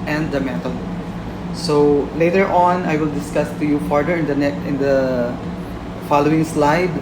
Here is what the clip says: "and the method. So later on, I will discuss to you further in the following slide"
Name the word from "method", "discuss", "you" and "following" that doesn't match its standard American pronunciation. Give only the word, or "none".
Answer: method